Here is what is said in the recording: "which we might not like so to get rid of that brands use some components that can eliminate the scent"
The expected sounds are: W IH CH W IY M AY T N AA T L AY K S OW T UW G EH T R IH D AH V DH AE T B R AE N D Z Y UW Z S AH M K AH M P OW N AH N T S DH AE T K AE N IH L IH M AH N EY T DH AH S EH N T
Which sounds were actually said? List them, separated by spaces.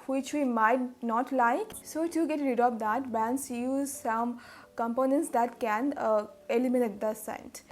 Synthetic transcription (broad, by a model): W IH CH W IY M AY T N AA T L AY K S OW T UW G EH T R IH D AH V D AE T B AE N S Y UW Z S AH M K AH M P OW N AH N T S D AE T K AE N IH L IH M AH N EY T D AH S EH N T